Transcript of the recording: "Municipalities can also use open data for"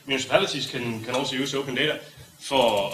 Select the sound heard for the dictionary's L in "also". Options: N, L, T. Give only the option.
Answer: N